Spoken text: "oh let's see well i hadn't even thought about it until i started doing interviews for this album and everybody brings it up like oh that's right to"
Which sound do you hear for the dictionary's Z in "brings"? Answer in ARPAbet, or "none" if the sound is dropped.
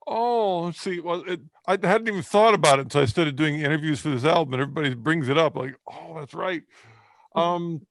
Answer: Z